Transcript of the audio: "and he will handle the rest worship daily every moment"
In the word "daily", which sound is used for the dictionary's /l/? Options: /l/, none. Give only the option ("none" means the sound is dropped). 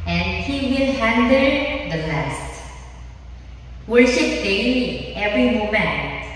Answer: none